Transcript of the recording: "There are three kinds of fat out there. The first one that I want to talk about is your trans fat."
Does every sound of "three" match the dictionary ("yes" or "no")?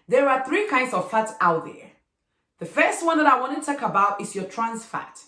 yes